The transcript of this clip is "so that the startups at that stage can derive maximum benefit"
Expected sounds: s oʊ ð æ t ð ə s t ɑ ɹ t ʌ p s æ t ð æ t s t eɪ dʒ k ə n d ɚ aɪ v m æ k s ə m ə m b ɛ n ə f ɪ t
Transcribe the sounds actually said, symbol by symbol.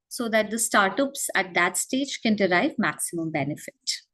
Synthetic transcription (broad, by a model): s oʊ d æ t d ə s t ɑ ɹ t ʌ p s æ t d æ t s t eɪ dʒ k ə n d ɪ aɪ v m æ k s ə m ə m b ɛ n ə f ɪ t